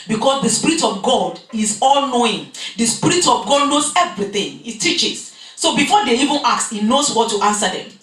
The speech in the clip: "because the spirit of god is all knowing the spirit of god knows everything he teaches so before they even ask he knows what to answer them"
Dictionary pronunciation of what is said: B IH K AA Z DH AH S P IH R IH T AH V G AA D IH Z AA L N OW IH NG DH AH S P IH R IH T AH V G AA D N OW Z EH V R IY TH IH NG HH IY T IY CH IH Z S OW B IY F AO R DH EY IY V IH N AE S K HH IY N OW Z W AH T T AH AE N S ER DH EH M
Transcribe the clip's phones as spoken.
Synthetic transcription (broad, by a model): B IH K AA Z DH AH S P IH R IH T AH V G AA D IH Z AA L N OW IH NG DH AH S P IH R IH T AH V G AA D N OW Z EH V R IY TH IH NG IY T IY CH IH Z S OW B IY F AO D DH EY IY V IH N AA K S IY N OW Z W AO T T AH N S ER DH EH M